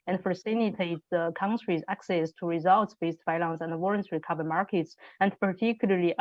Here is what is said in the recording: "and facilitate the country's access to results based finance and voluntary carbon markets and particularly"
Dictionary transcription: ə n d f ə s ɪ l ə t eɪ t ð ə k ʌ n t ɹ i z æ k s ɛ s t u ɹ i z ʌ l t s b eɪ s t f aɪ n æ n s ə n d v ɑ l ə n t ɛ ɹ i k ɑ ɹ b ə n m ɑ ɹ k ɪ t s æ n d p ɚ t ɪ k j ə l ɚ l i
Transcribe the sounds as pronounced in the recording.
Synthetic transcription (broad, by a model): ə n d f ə s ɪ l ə t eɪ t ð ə k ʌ n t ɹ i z æ k s ɛ s t u ɹ i z ʌ l t s b eɪ s t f aɪ l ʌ n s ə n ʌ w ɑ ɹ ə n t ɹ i k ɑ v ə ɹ m ɑ ɹ k ɪ t s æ n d p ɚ t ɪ k j l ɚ l i